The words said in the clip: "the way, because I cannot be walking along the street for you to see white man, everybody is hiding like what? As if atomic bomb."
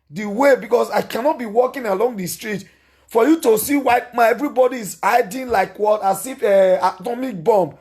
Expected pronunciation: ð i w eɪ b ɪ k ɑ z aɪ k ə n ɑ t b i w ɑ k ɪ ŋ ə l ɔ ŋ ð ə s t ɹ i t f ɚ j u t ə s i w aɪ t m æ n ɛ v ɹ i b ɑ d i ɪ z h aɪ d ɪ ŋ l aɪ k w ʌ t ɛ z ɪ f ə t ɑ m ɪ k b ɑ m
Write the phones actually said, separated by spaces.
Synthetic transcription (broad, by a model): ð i w eɪ b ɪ k ɑ s aɪ k ə n ɑ t b i w ɑ k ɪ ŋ ə l ɔ ŋ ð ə s t ɹ i t f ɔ j u t ə s i w aɪ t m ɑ ɛ v ɹ i b ɑ d i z aɪ d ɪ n l aɪ k w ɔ t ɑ s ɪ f ə t ɑ m ɪ k b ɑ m